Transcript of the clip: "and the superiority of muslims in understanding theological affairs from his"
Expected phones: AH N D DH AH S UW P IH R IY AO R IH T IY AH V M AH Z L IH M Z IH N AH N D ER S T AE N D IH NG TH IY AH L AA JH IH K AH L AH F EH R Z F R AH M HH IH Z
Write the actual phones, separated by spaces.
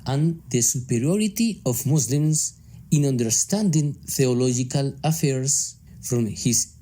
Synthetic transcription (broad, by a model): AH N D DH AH S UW P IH R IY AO R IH T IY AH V M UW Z L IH M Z IH N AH N D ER S T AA N D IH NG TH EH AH L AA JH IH K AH L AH F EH R S F R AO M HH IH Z